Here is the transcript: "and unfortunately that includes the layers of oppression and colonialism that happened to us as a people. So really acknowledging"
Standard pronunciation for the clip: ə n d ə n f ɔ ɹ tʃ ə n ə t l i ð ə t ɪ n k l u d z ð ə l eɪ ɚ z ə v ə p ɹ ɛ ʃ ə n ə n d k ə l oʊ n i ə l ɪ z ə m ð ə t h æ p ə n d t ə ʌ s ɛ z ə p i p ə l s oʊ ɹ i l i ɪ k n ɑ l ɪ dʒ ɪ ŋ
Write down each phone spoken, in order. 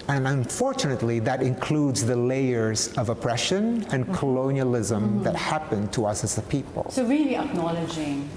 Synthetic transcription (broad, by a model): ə n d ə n f ɔ ɹ tʃ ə n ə t l i ð ə t ɪ n k l u d z ð ə l eɪ ɚ z ə v ə p ɹ ɛ ʃ ə n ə n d k ə l oʊ n i ə l ɪ z ə m ð ə t h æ p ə n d t ə ʌ s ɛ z ə p i p ə l s oʊ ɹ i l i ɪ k n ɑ l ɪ dʒ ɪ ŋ